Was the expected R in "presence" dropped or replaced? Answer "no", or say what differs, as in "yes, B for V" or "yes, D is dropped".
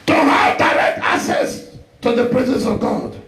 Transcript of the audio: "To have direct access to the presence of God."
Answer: no